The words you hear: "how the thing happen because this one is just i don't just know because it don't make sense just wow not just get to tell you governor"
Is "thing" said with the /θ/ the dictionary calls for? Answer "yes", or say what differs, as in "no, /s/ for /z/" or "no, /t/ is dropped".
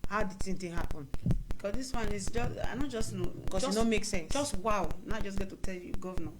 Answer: no, /s/ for /θ/